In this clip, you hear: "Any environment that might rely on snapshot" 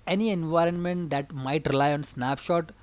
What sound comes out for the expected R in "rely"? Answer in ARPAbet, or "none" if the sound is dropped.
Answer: R